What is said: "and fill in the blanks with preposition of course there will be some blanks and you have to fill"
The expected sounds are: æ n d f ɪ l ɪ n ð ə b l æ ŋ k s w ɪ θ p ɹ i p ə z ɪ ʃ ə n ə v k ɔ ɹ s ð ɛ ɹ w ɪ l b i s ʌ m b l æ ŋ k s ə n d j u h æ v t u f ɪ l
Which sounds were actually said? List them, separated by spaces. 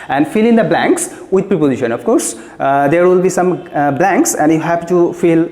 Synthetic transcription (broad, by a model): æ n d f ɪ l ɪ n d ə b l æ ŋ k s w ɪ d p ɹ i p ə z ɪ ʃ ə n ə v k ɔ ɹ s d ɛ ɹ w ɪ l b i s ʌ m b l æ ŋ k s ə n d j u h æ p t u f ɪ l